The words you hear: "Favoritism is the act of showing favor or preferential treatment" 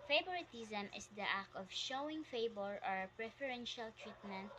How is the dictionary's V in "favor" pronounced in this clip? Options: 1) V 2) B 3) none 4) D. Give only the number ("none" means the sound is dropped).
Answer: 2